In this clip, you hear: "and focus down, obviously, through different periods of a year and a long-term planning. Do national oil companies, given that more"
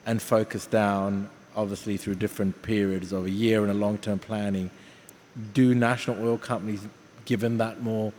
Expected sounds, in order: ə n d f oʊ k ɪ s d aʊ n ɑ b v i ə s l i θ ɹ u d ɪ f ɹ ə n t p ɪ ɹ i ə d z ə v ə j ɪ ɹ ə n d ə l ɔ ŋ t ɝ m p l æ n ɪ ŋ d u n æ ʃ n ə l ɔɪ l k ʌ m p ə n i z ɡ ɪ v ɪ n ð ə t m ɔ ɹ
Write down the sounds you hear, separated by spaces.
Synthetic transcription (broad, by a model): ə n f oʊ k ɪ s d aʊ n ɑ b v i ə s l i θ ɹ u d ɪ f ɹ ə n p ɪ ɹ i ə d z ə v ə j ɪ ɹ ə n ə l ɔ ŋ t ɝ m p l æ n ɪ ŋ d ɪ n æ ʃ n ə l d k ʌ m p ə n i z ɡ ɪ v ɪ n ð ə t m ɔ ɹ